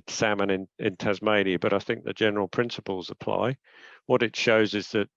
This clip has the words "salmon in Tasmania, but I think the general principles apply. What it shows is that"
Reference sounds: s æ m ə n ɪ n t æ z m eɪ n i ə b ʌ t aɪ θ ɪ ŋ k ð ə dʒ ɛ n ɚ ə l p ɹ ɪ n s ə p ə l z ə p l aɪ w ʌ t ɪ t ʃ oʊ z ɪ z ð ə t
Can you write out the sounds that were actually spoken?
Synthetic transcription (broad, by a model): s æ m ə n ɪ n t æ z m eɪ n i ə b ʌ t aɪ θ ɪ ŋ k ð ə dʒ ɛ n ɚ ə l p ɹ ɪ n s ə p ə l z ə p l aɪ w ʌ t ɪ t ʃ oʊ z ɪ z ð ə t